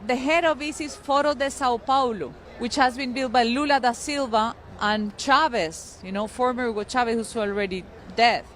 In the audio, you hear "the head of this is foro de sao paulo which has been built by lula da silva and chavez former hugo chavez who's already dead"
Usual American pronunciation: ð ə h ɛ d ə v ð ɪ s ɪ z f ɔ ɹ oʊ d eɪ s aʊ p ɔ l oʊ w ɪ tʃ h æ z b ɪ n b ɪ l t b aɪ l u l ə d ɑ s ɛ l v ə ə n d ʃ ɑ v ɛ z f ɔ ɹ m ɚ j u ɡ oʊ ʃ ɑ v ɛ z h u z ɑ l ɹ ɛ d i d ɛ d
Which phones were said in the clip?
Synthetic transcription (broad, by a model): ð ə h ɛ d ə v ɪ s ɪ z f ɔ ɹ oʊ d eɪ s aʊ p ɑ l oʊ w ɪ tʃ h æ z b ɪ n b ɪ l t b aɪ l u l ə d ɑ s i l v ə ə n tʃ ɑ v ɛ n f ɔ ɹ m ɚ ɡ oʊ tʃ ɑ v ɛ s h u s ɑ l ɹ ɛ d i d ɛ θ